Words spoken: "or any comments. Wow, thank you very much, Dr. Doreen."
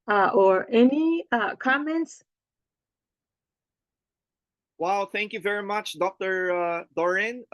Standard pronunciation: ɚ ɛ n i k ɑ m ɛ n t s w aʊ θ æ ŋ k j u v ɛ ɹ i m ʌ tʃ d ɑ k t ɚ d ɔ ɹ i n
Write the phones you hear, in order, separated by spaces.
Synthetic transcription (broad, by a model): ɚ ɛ n i k ɑ m ɛ n t s w aʊ θ æ ŋ k j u v ɛ ɹ i m ʌ tʃ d ɑ k t ɚ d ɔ ɹ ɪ n